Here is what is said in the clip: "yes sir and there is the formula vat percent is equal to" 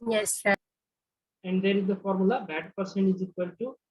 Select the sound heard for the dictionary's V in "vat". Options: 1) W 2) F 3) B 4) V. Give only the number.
3